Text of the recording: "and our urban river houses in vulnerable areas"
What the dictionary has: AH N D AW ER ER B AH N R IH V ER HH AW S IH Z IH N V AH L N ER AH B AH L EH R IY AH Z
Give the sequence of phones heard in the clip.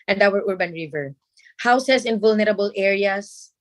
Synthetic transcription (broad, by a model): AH N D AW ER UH B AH N R IH V ER HH AW S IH S IH N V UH L N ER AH B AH L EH R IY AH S